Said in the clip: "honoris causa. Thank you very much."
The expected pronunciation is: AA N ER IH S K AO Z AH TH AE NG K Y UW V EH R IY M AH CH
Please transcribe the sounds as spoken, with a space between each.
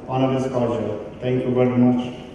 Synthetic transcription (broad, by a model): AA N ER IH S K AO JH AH T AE NG K Y UW V EH R IY M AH CH